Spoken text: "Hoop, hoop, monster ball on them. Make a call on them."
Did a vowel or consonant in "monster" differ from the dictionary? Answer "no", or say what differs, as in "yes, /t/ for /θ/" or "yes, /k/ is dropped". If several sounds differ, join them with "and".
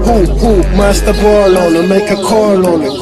yes, /n/ is dropped